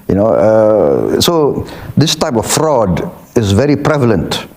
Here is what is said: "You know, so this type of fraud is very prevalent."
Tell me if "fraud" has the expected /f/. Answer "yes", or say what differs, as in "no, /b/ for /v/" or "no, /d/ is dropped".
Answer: yes